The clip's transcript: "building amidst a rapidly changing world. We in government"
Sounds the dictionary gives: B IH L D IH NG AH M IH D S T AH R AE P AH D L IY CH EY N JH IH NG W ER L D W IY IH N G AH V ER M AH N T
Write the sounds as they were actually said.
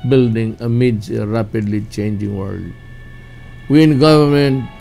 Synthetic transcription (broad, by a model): B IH L D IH NG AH M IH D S AH R AE P AH D L IY CH EY N JH IH NG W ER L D W IY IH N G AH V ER M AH N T